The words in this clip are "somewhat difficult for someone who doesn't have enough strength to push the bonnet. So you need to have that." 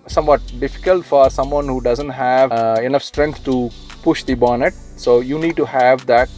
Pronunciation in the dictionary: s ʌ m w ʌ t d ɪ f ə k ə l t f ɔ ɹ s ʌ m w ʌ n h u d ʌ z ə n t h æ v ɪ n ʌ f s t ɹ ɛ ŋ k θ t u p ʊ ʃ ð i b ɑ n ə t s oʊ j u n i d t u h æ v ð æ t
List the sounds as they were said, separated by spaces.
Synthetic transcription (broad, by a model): s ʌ m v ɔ t d ɪ f ə k ə l t f ɔ ɹ s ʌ m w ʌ n h u d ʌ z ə n t h æ v ɪ n ʌ f s t ɹ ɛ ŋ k t t u p ʊ ʃ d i b ɑ n ə t s oʊ j u n i d t u h æ v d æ t